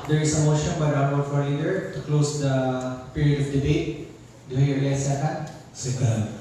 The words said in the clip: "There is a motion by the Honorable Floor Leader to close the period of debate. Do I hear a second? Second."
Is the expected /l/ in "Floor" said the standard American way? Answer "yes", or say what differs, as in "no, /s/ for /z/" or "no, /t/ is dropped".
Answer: no, /l/ is dropped